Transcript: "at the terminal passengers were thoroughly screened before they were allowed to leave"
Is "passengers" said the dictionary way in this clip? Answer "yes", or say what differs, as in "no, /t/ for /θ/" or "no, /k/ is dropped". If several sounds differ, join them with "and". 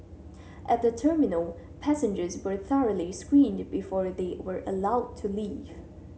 yes